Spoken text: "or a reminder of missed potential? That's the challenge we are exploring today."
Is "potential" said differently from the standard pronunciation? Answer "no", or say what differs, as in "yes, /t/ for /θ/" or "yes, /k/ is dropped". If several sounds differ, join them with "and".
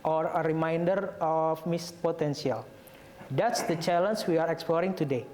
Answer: yes, /s/ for /ʃ/